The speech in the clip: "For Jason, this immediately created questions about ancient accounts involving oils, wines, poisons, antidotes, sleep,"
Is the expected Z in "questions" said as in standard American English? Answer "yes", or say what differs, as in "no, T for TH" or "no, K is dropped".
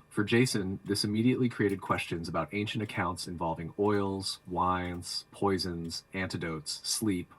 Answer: yes